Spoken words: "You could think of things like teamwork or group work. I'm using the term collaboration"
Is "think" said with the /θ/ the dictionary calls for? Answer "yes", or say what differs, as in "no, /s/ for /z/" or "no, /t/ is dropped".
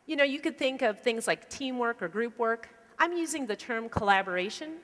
yes